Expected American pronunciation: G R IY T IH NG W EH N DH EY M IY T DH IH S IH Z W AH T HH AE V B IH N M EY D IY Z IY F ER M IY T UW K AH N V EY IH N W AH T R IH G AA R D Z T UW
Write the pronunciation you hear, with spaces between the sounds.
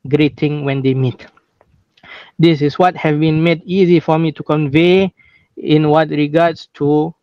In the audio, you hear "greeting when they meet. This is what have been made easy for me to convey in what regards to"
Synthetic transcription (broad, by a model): G R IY T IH NG W EH N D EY M IY T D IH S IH S W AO T HH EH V B IH N M EY D IY Z IY F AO M IY T UW K AH N V EY IH N W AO T R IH G AA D S T UW